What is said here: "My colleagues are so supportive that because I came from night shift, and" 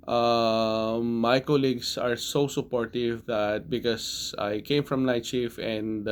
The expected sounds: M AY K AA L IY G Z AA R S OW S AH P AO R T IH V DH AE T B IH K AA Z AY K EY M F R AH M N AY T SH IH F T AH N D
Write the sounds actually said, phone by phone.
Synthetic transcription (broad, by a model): M AY K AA L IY G S AA R S OW S AH P AO R T IH V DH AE T B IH K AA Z AY K EY M F R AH M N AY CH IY F AH N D